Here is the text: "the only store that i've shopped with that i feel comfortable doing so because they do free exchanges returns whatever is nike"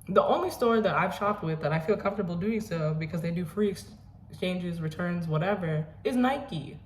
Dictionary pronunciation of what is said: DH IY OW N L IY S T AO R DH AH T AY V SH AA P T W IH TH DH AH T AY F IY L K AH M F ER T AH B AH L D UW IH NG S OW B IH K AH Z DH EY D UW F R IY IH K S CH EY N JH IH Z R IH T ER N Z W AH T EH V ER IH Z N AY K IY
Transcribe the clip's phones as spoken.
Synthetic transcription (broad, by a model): DH IY OW N L IY S T AO R DH AH T AY V SH AA P T W IH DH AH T AY F IY L K AH M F T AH B L D UW IH NG S OW B IH K AH Z DH EY D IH F R IY IH K S CH EY N JH IH Z R IH T ER N Z W AH T EH V ER IH Z N AY K IY